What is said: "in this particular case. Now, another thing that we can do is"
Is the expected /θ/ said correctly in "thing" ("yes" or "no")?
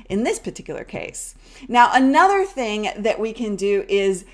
yes